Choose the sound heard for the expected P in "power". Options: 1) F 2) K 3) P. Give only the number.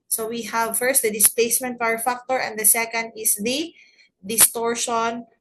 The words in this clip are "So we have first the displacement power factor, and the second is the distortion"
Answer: 1